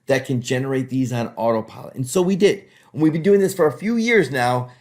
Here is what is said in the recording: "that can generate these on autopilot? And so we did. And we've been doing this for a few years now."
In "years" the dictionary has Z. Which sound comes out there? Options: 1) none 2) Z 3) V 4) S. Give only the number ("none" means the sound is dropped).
2